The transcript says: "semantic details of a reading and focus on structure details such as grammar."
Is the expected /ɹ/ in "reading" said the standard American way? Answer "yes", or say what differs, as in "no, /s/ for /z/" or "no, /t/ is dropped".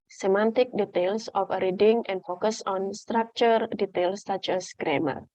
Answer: yes